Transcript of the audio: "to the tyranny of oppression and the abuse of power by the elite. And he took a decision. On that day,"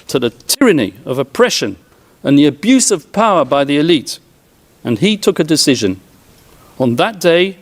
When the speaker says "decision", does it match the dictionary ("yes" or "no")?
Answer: yes